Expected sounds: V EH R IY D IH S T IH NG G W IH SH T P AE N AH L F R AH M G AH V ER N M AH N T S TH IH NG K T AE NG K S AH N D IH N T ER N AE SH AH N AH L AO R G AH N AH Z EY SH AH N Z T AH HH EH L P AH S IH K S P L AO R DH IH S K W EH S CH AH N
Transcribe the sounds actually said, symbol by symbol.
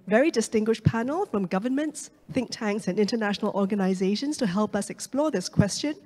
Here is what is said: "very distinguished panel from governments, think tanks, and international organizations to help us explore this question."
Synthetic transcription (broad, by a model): V EH R IY D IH S T IH NG G W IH SH P AE N AH L F R AH M G AH V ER N M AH N T S TH IH NG K T AE NG K S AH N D IH N T ER N AE SH AH N AH L AO R G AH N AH Z EY SH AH N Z T AH HH EH L P AH S IH K S P L AO R DH IH S K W EH S CH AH N